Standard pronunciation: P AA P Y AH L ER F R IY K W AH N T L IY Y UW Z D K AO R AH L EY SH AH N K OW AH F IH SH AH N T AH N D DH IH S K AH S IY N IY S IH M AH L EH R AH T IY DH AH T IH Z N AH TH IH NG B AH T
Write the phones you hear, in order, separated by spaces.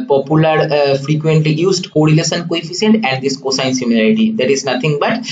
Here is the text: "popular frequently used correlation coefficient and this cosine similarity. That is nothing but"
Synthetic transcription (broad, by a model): P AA P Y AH L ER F R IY K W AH N T L IY Y UW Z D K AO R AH L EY S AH N K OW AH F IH S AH N T AH N D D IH S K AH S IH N S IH M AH L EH R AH T IY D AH T IH Z N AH T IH NG B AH T